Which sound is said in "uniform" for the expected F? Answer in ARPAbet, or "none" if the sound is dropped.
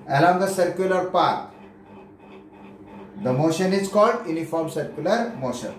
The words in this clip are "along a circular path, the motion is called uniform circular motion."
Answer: F